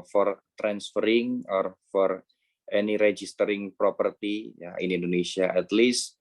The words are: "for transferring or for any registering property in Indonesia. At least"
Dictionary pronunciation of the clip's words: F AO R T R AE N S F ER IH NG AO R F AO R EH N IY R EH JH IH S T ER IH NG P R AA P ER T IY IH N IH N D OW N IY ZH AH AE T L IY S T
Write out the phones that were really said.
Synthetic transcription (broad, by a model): F AO R T R AE N S F ER IH NG AO R F AO R EH N IY R EH JH IH S T ER IH NG P R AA P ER T IY IH N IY N D OW N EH S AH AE T L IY S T